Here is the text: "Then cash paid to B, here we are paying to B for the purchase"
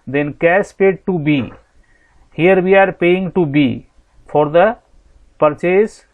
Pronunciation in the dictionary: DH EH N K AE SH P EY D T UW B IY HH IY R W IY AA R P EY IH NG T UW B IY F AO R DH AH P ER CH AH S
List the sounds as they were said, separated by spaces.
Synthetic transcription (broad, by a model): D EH N K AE S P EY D T UW B IY HH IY R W IY AA R P EY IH NG T UW B IY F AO R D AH P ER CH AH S